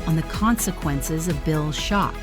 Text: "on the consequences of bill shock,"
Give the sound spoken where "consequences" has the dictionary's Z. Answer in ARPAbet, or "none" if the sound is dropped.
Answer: Z